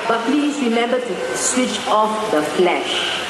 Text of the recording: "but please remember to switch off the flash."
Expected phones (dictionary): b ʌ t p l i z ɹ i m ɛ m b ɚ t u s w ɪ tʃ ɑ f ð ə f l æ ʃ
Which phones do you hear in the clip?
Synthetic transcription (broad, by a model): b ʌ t p l i s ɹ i m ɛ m b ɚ t u s w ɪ tʃ ɑ f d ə f l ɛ ʃ